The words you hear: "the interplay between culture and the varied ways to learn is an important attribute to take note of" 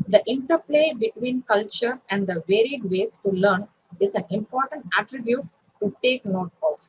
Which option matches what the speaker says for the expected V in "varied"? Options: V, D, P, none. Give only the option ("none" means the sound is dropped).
V